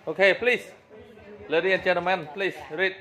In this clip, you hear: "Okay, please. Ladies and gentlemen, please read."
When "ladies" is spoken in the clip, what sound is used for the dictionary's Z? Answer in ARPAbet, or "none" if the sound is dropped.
none